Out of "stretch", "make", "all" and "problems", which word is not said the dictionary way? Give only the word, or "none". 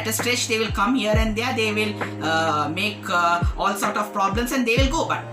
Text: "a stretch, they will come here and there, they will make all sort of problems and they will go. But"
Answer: problems